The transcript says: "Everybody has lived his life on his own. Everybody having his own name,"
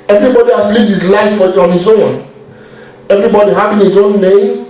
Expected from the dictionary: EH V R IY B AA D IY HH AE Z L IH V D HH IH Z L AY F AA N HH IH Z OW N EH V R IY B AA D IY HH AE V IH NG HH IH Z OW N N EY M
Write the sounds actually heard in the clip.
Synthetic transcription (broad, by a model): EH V R IY B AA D IY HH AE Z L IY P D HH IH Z L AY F AA N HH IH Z OW N EH V R IY B AA D IY HH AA P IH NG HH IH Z OW N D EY